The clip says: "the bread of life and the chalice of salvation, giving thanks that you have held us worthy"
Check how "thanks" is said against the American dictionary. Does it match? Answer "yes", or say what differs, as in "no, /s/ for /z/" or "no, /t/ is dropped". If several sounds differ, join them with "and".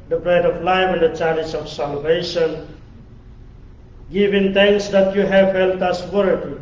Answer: no, /t/ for /θ/